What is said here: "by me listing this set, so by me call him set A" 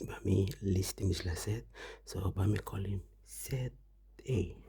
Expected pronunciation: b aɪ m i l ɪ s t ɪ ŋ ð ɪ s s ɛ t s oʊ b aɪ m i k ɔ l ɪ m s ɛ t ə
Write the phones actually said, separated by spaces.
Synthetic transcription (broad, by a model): b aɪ m i l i s t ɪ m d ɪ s s ɛ t s oʊ b aɪ m i k ɔ l ɪ m s ɛ t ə